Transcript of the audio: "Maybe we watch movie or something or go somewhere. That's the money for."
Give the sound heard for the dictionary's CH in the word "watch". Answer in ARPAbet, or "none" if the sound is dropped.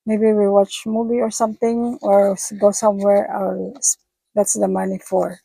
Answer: CH